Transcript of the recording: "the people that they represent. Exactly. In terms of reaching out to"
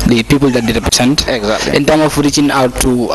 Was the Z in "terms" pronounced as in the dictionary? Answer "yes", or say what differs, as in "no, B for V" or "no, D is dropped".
no, Z is dropped